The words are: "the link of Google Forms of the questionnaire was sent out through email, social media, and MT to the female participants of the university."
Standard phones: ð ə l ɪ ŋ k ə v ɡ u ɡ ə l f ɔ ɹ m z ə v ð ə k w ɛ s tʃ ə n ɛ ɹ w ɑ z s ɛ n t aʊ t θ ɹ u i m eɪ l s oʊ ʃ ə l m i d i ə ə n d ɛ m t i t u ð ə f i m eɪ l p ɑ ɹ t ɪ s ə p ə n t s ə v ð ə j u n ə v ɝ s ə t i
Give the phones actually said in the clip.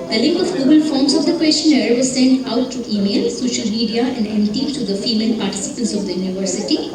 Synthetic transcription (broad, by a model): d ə l ɪ ŋ k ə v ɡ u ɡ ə l f ɔ ɹ m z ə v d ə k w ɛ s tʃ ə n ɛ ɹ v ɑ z s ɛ n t aʊ t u i m eɪ l s oʊ ʃ ə l m i d i ə ə n d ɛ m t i t u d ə f i m eɪ l p ɑ ɹ t ɪ s ə p ə n t s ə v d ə j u n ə v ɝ s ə t i